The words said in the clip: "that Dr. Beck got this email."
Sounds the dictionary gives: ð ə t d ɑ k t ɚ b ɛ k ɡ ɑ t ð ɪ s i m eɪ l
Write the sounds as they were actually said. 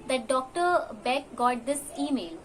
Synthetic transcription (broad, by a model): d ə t d ɑ k t ɚ b ɛ k ɡ ɑ t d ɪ s i m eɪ l